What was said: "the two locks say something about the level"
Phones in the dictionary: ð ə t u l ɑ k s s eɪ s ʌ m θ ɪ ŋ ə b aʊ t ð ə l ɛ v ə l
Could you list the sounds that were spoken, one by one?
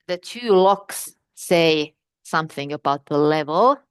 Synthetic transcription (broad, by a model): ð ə t u l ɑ k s s eɪ s ʌ m θ ɪ ŋ ə b aʊ t ð ə l ɛ v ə l